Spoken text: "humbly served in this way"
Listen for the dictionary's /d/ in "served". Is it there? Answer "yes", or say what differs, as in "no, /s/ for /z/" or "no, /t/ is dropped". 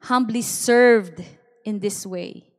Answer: yes